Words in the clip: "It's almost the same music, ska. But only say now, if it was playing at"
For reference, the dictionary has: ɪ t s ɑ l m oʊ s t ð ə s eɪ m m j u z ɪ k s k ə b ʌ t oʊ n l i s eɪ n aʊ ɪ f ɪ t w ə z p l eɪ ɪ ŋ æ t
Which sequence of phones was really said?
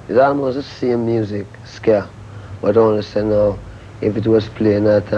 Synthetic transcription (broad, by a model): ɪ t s ɑ l m oʊ s t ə s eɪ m m j u z ɪ k s k ə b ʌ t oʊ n n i s eɪ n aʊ ɪ f ɪ t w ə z p l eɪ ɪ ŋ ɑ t